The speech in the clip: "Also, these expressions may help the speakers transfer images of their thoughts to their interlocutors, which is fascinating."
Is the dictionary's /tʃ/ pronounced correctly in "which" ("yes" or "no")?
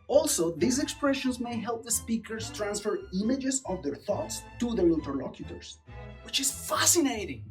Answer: yes